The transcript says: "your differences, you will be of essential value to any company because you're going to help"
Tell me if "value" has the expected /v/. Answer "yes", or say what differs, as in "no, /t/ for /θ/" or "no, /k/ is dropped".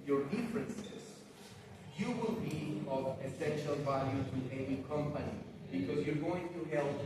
yes